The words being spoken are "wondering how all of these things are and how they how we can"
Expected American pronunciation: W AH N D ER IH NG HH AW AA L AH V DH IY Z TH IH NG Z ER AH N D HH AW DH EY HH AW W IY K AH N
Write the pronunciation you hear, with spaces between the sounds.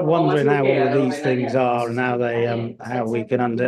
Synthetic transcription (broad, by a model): W AH N D ER IH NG HH AW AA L AH V DH IY Z TH IH NG Z ER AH N HH AW DH EY HH AW W IY K AH N